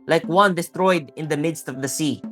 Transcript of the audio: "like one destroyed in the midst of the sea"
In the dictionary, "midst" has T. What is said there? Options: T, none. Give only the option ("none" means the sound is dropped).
T